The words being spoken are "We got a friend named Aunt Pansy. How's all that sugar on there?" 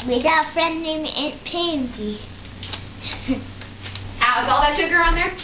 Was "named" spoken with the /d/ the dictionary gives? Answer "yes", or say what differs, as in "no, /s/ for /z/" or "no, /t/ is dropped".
no, /d/ is dropped